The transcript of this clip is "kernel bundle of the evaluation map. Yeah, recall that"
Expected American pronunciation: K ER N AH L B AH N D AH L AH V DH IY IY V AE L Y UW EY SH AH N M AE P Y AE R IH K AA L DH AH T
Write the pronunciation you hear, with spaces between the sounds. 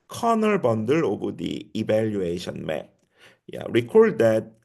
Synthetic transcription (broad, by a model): K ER N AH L B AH N D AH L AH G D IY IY B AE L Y UW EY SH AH N M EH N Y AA R IH K AA L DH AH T